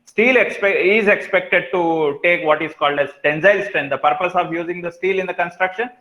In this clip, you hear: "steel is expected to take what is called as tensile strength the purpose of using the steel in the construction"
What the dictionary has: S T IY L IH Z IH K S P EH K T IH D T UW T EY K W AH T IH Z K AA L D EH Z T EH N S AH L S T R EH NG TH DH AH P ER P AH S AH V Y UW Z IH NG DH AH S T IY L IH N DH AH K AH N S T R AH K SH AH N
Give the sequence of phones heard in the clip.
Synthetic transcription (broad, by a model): S T IY L IH Z IH K S P EH K T IH D T UW T EY K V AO T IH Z K AA L D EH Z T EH N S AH L S T R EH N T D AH P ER P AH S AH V Y UW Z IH NG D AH S T IY L IH N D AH K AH N S T R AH K SH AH N